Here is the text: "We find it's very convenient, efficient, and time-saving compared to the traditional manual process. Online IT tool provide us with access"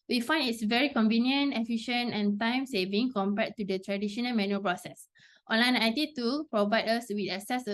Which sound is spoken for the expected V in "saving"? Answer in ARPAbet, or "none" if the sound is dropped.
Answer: V